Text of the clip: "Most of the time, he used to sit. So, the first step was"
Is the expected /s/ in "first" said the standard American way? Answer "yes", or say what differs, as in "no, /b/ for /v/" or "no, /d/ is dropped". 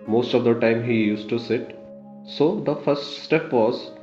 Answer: yes